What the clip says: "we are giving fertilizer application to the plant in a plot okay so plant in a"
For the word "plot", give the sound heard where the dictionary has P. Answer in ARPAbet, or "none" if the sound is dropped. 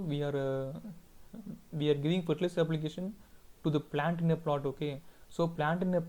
P